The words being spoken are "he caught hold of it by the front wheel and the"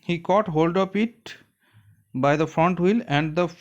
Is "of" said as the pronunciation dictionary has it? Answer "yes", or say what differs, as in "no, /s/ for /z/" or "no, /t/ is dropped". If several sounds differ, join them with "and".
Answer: no, /p/ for /v/